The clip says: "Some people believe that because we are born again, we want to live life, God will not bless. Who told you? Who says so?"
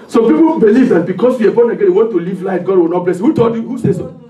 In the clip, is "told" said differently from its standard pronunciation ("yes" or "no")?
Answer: yes